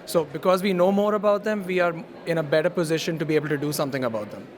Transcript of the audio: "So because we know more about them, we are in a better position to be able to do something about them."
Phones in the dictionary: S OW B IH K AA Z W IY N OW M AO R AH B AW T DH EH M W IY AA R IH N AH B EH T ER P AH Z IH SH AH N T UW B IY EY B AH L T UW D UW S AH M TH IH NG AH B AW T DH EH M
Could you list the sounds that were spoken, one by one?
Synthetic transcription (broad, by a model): S OW B IH K AA Z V IY N OW M AO R AH B AW T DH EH M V IY AA R IH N AH B EH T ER P AH Z IH SH AH N T UW B IY EY B AH L T UW D UW S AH M T IH NG AH B AW T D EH M